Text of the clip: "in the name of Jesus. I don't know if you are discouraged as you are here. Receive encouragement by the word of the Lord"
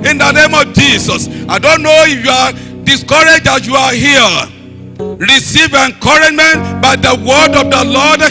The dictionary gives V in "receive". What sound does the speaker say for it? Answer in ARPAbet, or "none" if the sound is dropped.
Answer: V